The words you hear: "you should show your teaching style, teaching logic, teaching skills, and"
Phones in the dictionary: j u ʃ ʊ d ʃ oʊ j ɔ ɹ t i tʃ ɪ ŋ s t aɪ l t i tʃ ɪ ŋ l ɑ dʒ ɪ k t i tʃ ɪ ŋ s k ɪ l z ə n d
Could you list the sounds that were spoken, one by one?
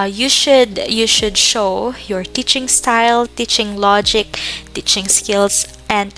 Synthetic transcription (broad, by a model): j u ʃ ʊ d ʃ oʊ j ɔ ɹ t i tʃ ɪ ŋ s t aɪ l t i tʃ ɪ ŋ l ɑ dʒ ɪ k t i tʃ ɪ ŋ s k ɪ l s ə n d